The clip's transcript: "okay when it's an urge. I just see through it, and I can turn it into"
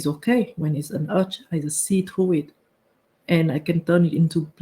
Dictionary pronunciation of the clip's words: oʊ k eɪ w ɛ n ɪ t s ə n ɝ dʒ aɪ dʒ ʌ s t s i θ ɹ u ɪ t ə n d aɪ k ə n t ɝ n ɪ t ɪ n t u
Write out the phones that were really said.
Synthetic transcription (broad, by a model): oʊ k eɪ w ɛ n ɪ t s ə n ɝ tʃ aɪ z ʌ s s i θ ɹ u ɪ t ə n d aɪ k ə n t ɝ n ɪ t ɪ n t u